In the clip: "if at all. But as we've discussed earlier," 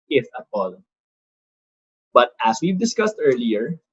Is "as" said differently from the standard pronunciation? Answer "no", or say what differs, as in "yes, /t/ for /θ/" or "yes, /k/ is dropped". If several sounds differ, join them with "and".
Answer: yes, /s/ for /z/